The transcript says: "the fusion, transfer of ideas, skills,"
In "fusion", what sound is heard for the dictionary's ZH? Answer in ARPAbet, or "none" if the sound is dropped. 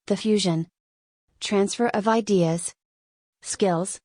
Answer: ZH